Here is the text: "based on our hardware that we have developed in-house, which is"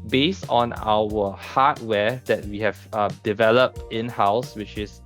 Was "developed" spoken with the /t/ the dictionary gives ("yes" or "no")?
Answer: yes